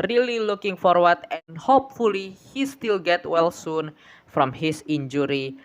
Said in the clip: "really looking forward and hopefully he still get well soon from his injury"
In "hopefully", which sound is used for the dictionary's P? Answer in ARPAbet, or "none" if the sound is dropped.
P